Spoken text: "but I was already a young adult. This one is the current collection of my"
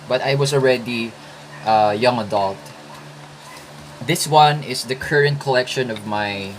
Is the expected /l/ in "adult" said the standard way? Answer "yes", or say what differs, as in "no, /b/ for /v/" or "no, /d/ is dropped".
yes